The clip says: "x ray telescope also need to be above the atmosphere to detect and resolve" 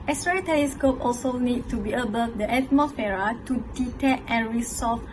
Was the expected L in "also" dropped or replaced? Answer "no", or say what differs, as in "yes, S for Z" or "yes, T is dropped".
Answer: no